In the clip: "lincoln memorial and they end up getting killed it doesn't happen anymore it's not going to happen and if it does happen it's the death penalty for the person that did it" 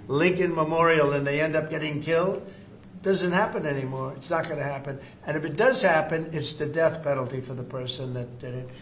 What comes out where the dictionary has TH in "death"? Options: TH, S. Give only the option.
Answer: TH